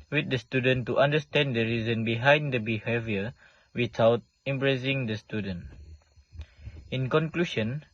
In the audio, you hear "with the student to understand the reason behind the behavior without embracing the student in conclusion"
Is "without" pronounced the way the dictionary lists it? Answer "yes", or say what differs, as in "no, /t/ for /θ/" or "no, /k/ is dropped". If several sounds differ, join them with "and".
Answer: no, /t/ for /θ/